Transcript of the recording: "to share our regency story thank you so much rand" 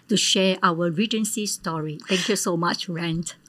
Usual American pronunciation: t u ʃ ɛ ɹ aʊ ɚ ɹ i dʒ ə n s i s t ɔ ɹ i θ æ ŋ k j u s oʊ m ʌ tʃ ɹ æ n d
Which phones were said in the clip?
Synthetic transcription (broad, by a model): t u ʃ ɛ aʊ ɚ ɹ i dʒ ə n s i s t ɔ ɹ i t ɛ ŋ k j u s oʊ m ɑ tʃ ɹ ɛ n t